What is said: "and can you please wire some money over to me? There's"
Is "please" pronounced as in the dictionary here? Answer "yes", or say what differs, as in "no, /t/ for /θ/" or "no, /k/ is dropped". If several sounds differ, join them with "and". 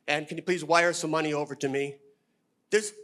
yes